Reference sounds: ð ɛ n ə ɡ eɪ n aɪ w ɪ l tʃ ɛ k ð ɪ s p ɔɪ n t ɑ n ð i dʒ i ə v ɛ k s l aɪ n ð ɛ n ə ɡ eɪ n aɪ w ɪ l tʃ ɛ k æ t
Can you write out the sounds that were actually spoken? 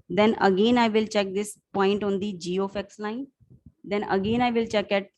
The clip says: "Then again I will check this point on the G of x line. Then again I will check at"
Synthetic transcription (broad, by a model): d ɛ n ə ɡ eɪ n aɪ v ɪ l tʃ ɛ k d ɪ s p ɔɪ n t ɑ n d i dʒ i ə f ɛ k s l aɪ n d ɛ n ə ɡ eɪ n aɪ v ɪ l tʃ ɛ k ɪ t